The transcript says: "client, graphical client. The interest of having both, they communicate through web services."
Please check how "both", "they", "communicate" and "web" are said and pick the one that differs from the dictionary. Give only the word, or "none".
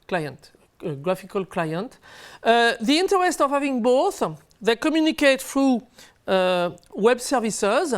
none